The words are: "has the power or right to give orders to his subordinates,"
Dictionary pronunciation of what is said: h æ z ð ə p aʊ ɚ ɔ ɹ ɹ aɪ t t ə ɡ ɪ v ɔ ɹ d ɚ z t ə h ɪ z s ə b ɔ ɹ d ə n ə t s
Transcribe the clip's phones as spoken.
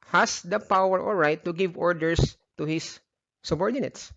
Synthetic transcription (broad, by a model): h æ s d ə p aʊ ɚ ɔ l ɹ aɪ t t ə ɡ ɪ v ɔ ɹ d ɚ s t ə h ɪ s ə b ɔ ɹ d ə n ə t s